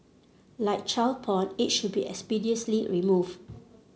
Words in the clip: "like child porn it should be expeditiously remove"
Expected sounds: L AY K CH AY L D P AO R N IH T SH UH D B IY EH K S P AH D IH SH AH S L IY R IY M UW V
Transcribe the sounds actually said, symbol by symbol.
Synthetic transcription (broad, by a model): L AY K CH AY L P AO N IH T SH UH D B IY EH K S P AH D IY AH S L IY R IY M UW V